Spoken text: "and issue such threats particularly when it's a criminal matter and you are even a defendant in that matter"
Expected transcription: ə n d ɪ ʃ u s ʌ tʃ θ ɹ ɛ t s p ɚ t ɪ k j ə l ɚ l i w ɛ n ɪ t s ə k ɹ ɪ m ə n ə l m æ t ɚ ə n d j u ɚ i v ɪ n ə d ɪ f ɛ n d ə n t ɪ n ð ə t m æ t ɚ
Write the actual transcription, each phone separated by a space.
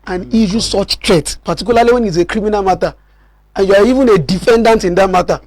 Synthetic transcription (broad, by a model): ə n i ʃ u s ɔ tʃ t ɹ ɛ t p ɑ t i k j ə l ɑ l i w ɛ n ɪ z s ə k ɹ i m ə n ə l m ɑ t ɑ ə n j u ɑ i v ɪ n ə d ɪ f ɛ n d ə n t ɪ n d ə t m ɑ t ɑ